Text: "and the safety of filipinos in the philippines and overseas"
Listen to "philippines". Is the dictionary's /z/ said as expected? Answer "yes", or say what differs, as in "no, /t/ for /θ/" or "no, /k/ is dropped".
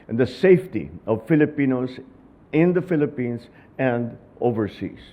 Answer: no, /s/ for /z/